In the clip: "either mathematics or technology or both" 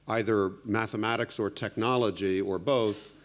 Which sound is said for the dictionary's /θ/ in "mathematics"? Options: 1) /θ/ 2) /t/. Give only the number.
1